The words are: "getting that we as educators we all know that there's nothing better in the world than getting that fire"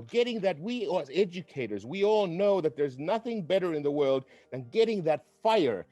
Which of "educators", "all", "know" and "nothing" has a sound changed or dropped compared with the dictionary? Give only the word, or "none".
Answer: none